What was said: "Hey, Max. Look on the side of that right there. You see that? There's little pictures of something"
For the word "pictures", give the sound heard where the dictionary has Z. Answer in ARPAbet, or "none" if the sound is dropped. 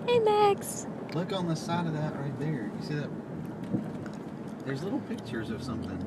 Z